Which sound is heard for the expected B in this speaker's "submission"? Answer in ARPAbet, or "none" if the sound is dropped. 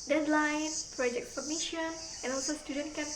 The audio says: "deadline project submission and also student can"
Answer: none